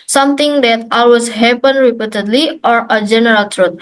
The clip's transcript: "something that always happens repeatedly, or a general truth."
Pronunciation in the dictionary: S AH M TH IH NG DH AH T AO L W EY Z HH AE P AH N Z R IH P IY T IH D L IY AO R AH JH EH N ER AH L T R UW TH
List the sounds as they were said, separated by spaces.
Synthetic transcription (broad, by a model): S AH M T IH NG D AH T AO L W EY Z HH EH P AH N R IH P IY T IH D L IY AO R AH JH EH N ER AH L T R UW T